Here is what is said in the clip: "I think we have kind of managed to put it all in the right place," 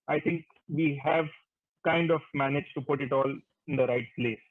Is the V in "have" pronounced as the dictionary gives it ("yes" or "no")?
yes